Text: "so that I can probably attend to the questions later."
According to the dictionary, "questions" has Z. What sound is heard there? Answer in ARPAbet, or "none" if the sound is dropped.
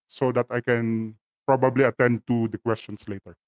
S